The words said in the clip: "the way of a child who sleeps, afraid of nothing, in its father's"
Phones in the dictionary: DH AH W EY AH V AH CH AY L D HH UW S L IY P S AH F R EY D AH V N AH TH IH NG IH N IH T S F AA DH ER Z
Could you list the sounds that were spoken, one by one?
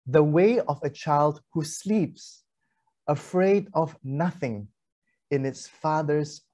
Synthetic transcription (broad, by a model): DH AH W EY AH V AH CH AY L D HH UW S L IY P S AH F R EY D AH V N AH TH IH NG IH N IH T S F AA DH ER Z